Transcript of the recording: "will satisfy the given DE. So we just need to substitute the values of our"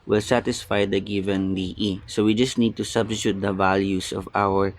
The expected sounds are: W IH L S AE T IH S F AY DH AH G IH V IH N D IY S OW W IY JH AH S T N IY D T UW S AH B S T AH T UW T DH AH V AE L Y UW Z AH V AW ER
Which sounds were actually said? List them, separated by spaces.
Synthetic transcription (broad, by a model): W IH L S AE T IH S F AY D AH G IH V IH N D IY S OW W IY JH AH S T N IY D T UW S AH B S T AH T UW T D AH V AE L Y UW S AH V AW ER